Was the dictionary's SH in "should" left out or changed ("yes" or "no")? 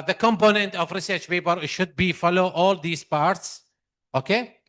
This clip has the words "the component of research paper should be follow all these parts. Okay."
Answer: no